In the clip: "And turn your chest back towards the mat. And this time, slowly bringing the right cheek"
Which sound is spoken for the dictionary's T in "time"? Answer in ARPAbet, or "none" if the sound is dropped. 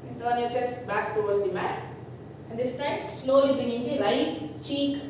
T